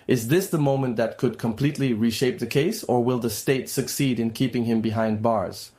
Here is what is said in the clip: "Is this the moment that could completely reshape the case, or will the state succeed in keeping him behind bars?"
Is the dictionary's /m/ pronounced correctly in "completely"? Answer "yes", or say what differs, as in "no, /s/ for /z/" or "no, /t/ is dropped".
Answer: yes